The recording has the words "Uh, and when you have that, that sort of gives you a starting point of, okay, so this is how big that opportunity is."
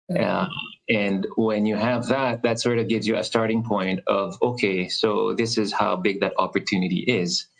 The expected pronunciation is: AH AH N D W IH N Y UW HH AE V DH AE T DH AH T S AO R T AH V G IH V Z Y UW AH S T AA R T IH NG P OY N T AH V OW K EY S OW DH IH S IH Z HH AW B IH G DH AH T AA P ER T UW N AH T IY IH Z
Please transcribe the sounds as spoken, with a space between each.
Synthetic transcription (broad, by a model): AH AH N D W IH N Y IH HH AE V DH AE T DH AH T S AO R T AH V G IH V Z Y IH AH S T AA R T IH NG P OY N T AH V OW K EY S OW DH IH S IH Z HH AW B IH G DH AH T AA P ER T UW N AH T IY IH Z